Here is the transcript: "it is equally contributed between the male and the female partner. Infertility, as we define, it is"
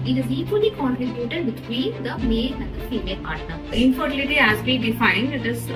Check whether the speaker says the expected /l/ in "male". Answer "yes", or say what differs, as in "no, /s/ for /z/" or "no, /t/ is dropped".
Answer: no, /n/ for /l/